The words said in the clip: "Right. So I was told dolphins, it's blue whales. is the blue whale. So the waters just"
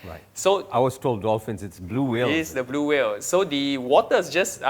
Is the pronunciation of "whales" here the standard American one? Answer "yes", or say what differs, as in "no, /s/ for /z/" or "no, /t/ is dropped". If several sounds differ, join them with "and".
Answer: no, /z/ is dropped